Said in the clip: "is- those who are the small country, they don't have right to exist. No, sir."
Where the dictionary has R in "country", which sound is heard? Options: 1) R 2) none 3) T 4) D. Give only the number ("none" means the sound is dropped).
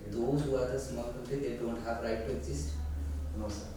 2